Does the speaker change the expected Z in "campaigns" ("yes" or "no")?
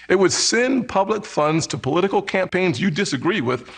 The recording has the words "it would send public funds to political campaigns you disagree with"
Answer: no